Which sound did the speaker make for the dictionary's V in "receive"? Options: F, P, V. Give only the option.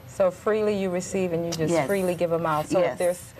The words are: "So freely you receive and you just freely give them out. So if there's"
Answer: V